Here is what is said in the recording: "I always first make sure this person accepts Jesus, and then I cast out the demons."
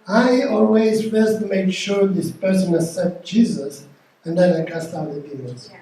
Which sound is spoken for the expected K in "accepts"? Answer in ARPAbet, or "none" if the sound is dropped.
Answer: none